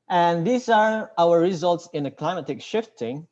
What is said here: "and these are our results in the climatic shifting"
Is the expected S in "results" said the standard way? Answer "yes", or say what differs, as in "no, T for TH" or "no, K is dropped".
yes